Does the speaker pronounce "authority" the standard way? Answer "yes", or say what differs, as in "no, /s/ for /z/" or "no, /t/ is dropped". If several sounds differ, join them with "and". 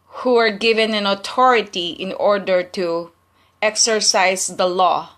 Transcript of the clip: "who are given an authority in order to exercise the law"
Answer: no, /t/ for /θ/